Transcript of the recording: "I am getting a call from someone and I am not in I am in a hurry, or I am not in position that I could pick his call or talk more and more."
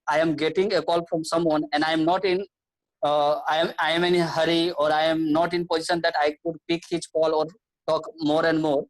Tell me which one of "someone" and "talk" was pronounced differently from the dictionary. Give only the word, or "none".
none